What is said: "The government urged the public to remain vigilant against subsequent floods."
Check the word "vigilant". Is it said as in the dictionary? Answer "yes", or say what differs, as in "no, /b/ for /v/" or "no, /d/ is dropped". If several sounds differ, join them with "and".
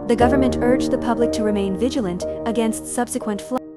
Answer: yes